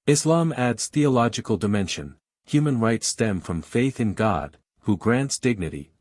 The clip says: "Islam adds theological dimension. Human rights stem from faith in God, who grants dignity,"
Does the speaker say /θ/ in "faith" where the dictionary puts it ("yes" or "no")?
yes